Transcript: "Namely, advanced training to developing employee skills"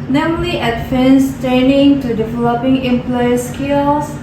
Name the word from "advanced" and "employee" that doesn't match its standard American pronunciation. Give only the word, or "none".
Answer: advanced